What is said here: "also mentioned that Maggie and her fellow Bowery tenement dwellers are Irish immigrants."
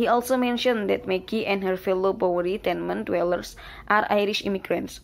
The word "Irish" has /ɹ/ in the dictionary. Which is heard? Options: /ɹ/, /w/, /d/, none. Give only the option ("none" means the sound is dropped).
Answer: /ɹ/